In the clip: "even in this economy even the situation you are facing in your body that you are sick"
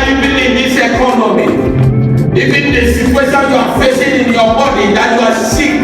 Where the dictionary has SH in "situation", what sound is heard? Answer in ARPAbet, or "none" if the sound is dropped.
S